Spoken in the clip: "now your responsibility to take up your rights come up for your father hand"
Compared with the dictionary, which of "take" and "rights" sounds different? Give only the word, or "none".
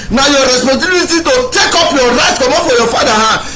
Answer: rights